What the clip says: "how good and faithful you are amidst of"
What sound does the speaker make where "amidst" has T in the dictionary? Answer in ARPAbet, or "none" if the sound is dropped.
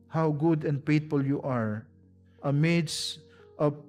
T